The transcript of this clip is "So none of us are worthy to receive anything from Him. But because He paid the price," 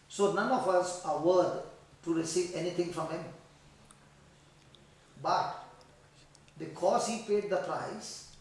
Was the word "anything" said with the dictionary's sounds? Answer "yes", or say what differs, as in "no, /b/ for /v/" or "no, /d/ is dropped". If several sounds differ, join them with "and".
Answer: no, /t/ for /θ/